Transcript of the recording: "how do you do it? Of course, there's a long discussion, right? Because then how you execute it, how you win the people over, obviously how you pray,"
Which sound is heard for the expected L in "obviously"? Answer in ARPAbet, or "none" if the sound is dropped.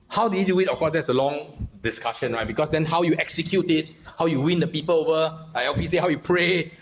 none